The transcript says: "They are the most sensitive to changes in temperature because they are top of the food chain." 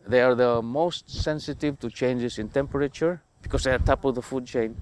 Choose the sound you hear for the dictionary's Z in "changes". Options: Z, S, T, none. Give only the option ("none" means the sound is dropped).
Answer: S